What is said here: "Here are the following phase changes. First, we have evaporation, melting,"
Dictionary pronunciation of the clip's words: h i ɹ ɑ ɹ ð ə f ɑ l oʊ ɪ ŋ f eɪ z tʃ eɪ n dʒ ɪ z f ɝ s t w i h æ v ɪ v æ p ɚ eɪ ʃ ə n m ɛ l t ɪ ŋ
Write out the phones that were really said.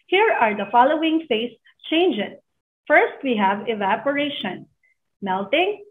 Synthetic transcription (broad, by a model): h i ɹ ɑ ɹ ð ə f ɑ l oʊ ɪ ŋ f eɪ s tʃ eɪ n dʒ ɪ s f ɝ s t w i h æ v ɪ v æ p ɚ eɪ ʃ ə n m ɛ l t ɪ ŋ